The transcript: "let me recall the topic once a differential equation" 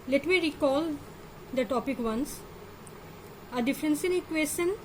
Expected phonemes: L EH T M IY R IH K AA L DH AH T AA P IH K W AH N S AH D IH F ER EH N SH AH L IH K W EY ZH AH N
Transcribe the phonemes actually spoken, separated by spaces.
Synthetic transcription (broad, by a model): L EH T M IY R IH K AA L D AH T AA P IH K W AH N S AH D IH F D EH N S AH N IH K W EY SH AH N